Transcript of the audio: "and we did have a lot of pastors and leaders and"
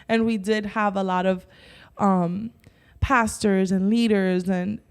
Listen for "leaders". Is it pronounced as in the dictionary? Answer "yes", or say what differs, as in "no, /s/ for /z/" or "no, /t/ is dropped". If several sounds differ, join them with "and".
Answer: yes